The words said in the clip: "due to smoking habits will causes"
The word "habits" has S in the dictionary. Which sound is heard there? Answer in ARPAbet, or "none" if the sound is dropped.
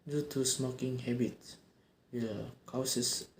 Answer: none